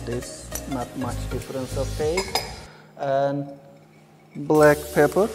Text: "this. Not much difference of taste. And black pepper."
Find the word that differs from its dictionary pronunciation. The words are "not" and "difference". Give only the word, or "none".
none